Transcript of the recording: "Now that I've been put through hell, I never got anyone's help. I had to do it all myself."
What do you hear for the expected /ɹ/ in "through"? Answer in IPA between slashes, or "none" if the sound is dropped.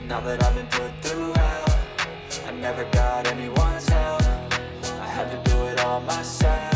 /ɹ/